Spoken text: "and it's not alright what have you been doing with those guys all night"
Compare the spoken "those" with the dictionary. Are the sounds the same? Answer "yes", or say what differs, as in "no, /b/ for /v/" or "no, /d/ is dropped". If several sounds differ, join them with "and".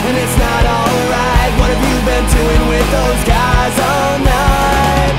yes